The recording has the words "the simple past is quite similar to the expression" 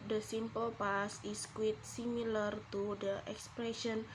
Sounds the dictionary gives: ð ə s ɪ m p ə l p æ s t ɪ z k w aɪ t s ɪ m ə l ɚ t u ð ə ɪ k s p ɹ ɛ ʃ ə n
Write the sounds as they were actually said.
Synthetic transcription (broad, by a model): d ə s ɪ m p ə l p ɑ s ɪ s k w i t s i m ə l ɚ t u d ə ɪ k s p ɹ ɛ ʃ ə n